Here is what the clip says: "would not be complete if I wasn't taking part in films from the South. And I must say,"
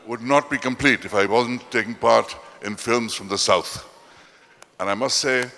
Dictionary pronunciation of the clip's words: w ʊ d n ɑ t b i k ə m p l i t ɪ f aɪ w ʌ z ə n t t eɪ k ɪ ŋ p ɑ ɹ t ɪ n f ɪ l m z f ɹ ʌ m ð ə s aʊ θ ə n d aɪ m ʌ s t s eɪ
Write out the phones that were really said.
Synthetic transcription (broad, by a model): w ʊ d n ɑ t b i k ə m p l i t ɪ f aɪ w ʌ z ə n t t eɪ k ɪ ŋ p ɑ ɹ t ɪ n f ɪ l m z f ɹ ʌ m ð ə s aʊ θ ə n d aɪ m ʌ s t s eɪ